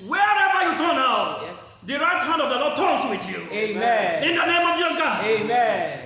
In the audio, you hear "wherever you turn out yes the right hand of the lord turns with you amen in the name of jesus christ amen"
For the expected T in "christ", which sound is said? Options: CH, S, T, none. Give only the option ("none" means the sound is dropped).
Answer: none